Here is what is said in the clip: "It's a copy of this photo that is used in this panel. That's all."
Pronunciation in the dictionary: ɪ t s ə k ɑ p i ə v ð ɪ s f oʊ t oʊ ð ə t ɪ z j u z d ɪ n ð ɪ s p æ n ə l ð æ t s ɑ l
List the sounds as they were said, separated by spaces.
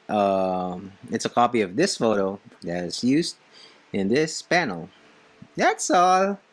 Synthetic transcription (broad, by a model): ɪ t s ə k ɑ p i ə v ð ɪ s f oʊ t oʊ ð ə t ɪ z j u z d ɪ n ð ɪ s p æ n l ð æ t s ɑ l